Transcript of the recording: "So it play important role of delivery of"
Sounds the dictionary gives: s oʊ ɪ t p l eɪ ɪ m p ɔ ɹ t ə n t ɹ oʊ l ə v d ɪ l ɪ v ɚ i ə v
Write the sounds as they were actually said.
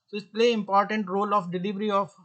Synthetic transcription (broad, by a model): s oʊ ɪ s p l eɪ ɪ m p ɔ ɹ t ə n t ɹ oʊ l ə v d ɪ l ɪ v ɚ i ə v